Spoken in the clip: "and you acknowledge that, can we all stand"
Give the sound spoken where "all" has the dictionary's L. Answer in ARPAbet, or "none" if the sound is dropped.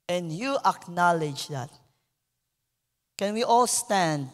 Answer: L